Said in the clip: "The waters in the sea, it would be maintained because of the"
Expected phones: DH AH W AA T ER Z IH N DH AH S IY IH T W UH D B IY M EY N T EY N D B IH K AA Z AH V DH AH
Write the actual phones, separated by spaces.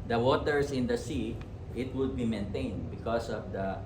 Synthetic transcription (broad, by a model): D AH W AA T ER S IH N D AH S IY IH T W UH D B IY M EY N T EY N D B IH K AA S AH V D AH